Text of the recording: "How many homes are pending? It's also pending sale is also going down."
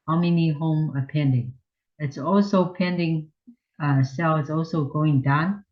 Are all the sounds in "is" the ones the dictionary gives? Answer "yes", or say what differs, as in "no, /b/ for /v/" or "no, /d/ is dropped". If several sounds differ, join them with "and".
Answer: no, /s/ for /z/